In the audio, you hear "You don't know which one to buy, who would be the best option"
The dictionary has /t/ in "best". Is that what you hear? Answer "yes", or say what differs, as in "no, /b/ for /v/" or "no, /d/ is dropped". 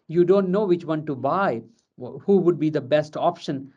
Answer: yes